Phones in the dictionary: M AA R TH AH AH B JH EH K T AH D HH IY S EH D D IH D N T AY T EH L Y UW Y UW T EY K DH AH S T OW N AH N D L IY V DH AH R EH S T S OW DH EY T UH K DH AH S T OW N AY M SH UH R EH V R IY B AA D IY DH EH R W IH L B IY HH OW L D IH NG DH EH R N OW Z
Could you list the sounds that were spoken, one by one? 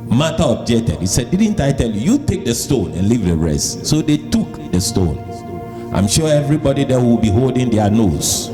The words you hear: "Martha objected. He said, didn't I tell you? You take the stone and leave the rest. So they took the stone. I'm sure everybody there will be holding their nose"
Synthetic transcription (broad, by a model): M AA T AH AH B JH EH K T AH D HH IY S EH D D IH D N T AY T EH L Y UW Y UW T EY K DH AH S T OW N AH N L IY V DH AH R EH S T S OW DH EY T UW K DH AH S T OW N AY M SH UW EH V R IY B AA D IY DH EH W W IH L B IY HH OW L D IH NG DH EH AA N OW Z